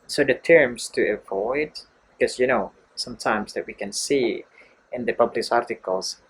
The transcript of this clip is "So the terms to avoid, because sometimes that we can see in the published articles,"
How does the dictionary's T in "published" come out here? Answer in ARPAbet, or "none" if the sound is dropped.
none